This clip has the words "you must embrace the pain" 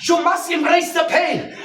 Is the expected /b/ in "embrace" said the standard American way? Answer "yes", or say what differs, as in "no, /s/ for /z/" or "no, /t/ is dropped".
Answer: no, /b/ is dropped